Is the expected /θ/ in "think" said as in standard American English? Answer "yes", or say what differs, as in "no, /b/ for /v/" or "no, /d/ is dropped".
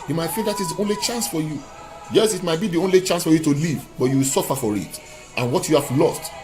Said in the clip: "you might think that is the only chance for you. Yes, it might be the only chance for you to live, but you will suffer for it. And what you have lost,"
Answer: no, /f/ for /θ/